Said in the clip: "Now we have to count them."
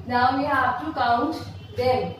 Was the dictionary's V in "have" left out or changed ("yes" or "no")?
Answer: yes